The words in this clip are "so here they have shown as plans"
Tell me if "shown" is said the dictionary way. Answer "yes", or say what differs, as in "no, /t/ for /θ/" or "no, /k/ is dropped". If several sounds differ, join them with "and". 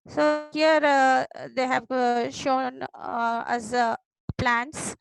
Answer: yes